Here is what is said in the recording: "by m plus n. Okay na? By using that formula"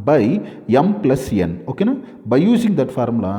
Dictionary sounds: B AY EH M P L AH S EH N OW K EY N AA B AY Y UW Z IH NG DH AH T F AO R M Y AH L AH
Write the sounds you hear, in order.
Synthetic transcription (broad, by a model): B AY EH M P L AH S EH N OW K EY N AA B AY Y UW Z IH NG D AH T F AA R M L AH